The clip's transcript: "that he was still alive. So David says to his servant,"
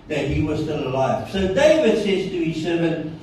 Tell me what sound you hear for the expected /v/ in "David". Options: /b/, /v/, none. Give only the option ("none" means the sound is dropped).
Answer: /v/